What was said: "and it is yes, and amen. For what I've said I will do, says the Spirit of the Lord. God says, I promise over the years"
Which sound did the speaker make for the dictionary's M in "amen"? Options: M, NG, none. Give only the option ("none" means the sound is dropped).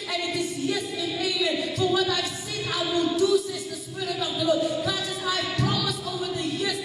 none